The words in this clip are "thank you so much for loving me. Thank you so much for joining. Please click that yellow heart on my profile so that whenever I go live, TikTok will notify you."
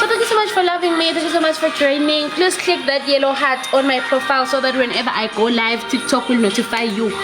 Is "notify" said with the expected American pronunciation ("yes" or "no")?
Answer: yes